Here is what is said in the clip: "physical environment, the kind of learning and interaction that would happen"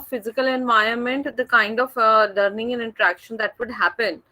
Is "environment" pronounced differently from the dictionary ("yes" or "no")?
yes